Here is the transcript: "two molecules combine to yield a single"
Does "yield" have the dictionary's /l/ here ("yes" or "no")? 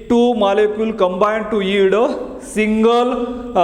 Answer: no